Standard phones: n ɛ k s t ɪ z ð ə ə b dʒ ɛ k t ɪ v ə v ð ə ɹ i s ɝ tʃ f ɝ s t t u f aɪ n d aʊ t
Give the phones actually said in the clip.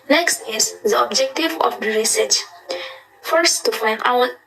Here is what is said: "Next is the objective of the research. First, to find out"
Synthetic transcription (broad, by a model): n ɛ k s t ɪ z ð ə ə b dʒ ɛ k t ɪ v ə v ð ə ɹ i s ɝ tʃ f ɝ s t t u f aɪ n d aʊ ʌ